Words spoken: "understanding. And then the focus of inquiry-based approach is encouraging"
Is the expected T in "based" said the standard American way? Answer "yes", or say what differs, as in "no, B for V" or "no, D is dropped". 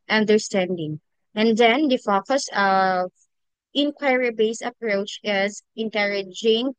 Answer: no, T is dropped